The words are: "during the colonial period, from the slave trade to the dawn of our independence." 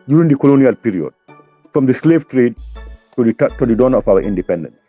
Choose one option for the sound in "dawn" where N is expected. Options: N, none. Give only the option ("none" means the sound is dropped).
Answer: N